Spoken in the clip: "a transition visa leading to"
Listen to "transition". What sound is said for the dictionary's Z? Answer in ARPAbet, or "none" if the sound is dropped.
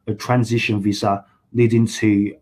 Z